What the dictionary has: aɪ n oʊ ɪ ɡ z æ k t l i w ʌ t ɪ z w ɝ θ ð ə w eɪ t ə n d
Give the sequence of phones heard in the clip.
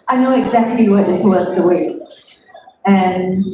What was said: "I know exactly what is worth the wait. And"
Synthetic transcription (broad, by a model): aɪ n oʊ ɪ ɡ z æ k t l i w ʌ t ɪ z w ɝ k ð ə w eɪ ə n